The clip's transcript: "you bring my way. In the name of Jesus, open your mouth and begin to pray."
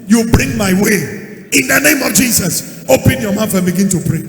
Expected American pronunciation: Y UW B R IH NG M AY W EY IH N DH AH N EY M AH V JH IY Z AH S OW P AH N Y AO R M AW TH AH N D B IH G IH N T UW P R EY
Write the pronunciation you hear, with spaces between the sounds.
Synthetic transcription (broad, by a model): Y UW B R IH NG M AY W EY IH N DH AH N EY M AH V JH IY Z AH S OW P AH N Y AO M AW F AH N B IH G IH N T UW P R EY